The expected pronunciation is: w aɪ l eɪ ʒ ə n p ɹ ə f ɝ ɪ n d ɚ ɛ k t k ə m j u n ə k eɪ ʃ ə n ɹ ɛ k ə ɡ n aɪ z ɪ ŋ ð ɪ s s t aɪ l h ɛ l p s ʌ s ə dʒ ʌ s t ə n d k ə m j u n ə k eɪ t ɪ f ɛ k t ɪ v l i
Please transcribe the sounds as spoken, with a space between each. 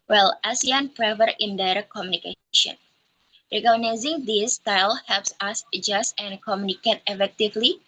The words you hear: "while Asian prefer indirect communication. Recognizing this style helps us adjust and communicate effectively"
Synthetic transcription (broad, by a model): w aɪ l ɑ s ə n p ɹ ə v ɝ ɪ n d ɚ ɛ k k ə m j u n ə k eɪ ʃ ə n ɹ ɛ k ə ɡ n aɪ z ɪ ŋ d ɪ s s t aɪ l h ɛ l p s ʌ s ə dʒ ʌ s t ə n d k ə m j u n ə k eɪ t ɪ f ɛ k t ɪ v l i